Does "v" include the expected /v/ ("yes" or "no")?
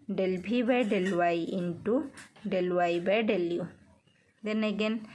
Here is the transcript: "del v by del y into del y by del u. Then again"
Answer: no